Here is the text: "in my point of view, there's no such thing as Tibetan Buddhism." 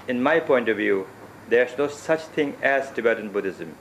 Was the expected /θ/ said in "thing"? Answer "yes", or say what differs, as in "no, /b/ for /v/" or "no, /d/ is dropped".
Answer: no, /t/ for /θ/